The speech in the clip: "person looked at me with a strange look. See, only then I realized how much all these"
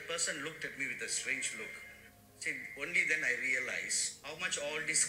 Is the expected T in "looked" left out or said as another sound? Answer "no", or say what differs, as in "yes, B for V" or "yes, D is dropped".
no